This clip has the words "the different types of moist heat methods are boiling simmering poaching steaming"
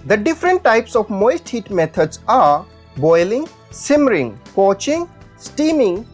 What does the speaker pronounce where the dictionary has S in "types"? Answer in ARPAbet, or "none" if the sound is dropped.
S